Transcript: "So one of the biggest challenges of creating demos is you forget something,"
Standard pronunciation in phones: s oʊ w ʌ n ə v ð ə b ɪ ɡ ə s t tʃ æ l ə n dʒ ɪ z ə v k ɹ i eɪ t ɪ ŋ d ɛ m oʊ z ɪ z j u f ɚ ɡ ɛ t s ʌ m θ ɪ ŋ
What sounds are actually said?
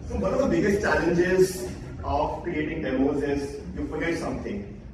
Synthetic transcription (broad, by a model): s oʊ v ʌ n ə v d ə b ɪ ɡ ə s t tʃ æ l ə n dʒ ɪ z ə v k ɹ i eɪ t ɪ ŋ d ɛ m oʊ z ɪ z j u f ɚ ɡ ɛ t s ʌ m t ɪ ŋ